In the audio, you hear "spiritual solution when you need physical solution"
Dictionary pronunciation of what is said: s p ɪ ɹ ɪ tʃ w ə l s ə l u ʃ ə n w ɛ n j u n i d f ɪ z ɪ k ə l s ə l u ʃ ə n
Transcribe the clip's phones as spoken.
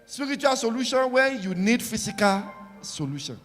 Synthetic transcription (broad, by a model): s p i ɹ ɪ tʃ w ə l s ə l u ʃ ə n w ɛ j u n i d f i s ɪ k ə l s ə l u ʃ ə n